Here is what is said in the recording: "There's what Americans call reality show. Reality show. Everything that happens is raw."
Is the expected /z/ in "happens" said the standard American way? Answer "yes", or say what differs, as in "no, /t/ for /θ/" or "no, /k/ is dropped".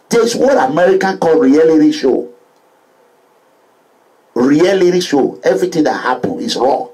no, /z/ is dropped